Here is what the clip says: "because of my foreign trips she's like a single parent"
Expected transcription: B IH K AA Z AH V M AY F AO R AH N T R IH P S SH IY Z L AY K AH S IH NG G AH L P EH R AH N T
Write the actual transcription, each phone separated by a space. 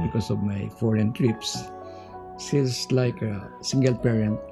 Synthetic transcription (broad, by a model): B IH K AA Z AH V M AY F AO R AH N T R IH P S S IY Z L AY K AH S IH NG G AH L P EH R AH N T